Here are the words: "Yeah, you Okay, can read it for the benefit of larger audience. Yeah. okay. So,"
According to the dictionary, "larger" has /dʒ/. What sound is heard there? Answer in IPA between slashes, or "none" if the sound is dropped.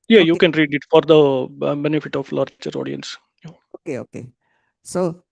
/tʃ/